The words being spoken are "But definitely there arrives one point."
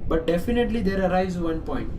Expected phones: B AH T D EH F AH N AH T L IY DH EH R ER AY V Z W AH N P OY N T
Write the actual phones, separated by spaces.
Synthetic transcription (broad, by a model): B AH T D EH F AH N AH T L IY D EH R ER AY Z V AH N P OY N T